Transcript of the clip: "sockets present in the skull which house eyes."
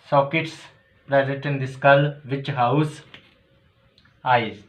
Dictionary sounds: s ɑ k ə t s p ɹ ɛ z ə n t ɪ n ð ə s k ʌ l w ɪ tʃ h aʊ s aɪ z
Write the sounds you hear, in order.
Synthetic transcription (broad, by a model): s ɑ k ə t s p ɹ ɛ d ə t ɪ n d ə s k ʌ l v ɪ tʃ h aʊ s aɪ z